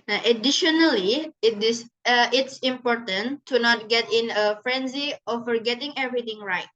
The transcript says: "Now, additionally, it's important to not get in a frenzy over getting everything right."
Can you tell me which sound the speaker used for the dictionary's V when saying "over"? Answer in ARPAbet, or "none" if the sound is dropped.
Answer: F